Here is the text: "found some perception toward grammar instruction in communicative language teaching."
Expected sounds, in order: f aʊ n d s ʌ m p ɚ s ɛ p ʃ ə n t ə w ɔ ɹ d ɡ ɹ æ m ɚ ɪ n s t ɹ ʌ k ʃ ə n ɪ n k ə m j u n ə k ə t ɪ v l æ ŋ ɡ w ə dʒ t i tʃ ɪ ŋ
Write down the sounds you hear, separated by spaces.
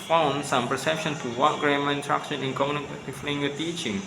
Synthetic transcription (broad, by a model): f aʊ n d s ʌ m p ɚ s ɛ p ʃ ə n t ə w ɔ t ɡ ɹ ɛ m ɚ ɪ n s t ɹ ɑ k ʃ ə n ɪ n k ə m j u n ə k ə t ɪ f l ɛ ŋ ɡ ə t i tʃ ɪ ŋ